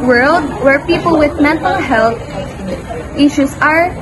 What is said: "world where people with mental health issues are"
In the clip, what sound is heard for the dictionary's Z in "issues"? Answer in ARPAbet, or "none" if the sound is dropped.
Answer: S